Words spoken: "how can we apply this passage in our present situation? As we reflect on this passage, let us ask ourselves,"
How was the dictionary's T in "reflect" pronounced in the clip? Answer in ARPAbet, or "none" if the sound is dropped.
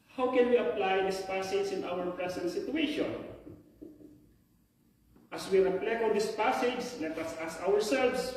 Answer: none